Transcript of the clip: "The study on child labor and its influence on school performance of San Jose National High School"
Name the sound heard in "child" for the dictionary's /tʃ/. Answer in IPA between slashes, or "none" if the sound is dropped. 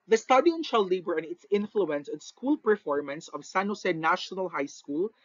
/ʃ/